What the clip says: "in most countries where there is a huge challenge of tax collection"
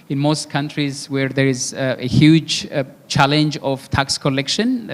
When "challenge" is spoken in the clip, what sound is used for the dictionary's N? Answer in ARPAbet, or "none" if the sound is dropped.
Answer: N